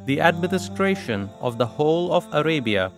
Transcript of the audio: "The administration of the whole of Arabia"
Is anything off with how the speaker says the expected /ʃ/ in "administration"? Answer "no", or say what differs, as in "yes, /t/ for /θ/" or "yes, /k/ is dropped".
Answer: no